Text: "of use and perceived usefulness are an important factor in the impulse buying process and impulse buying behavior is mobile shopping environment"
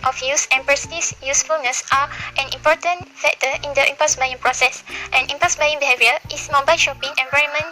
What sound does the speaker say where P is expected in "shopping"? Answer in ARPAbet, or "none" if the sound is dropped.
P